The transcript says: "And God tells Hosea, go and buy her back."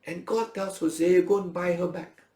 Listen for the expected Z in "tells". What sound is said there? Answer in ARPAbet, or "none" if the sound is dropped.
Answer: S